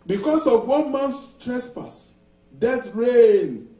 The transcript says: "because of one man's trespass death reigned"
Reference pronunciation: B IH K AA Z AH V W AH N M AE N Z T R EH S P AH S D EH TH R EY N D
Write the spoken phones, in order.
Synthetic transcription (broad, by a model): B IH K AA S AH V W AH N M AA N S T R EH S P AH S D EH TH R EY N